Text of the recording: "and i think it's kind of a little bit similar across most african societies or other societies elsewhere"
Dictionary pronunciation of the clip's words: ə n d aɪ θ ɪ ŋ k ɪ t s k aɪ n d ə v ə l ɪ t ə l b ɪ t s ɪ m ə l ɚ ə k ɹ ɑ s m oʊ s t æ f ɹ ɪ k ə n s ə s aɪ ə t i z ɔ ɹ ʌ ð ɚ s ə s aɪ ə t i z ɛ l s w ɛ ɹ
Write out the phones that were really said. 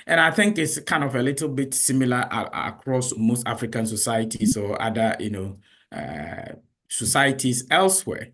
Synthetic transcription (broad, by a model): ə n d aɪ θ ɪ ŋ k ɪ t s k aɪ n d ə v ə l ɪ t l b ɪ t s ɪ m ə l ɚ ə k ɹ ɑ s m oʊ s t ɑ f ɹ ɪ k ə n s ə s aɪ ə t i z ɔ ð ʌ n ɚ s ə s aɪ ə t i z ɛ l s w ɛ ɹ